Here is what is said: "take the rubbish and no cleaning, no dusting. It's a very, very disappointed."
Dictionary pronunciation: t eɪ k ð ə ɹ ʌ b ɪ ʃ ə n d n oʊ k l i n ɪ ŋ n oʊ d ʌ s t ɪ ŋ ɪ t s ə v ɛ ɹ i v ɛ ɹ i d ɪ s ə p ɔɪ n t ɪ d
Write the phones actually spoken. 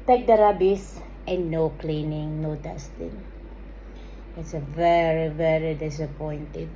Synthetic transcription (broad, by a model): t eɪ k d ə ɹ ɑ b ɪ s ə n n oʊ k l i n ɪ ŋ n oʊ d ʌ s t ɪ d ɪ t s ə v ɛ ɹ i v ɛ ɹ i d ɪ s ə p ɔɪ n t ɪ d